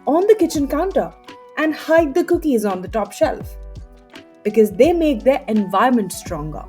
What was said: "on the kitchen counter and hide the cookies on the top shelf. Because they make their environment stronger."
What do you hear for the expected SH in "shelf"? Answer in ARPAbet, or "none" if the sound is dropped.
SH